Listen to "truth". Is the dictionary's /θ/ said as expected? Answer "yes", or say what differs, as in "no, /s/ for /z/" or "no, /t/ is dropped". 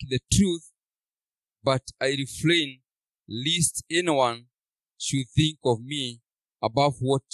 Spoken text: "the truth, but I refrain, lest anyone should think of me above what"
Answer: yes